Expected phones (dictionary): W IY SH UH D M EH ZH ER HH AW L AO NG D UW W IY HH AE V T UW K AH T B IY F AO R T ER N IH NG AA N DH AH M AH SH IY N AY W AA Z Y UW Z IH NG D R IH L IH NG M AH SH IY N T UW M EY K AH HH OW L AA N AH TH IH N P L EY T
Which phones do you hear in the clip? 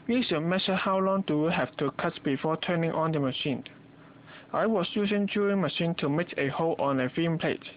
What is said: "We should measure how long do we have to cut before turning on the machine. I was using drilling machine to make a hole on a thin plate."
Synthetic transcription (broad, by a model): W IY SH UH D M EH SH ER HH AW L AO NG D UW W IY HH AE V T UW K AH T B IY F AO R T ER N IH NG AA N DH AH M AH SH IY N AY W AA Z Y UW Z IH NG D UW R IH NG M AH SH IY N T UW M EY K AH HH OW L AA N AH F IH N P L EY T